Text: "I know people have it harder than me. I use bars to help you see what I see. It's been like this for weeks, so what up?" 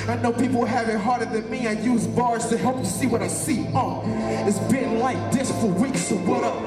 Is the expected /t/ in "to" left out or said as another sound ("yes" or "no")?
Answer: no